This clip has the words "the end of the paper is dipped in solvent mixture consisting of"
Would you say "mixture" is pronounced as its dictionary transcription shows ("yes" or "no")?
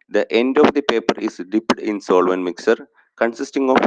no